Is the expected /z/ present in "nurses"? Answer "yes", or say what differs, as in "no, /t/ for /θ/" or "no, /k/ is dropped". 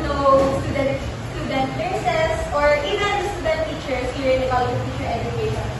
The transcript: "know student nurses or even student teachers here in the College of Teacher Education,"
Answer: no, /s/ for /z/